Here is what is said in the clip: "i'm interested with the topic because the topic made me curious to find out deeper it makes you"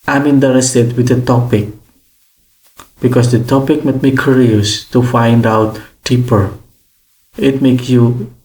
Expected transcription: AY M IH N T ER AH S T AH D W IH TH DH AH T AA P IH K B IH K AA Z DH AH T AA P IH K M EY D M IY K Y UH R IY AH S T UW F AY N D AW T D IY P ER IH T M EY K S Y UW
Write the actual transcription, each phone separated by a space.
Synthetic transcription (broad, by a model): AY M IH N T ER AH S T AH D W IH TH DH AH T AA P IH K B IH K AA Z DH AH T AA P IH K M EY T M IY K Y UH R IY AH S T UW F AY N D AW T D IY P ER IH T M EY K S Y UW